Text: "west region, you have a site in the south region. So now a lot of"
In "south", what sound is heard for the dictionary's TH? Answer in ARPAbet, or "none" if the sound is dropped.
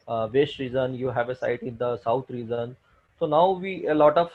T